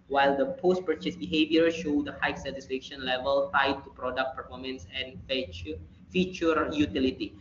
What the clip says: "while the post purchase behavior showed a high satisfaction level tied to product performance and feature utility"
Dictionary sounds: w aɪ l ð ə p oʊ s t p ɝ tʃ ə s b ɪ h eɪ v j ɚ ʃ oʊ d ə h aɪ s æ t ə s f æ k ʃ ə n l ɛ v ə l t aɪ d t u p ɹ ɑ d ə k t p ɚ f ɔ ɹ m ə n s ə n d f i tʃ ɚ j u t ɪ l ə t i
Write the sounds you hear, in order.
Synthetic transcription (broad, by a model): w aɪ l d ə p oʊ s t p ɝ tʃ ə s b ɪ h eɪ v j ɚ ʃ oʊ d ə h aɪ s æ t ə s f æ k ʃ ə n l ɛ v ə l t aɪ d t u p ɹ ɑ d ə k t p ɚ f ɔ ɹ m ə n s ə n f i tʃ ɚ j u t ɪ l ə t i